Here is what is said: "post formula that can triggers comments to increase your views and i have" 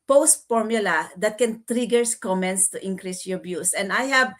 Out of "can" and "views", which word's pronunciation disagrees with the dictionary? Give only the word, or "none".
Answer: views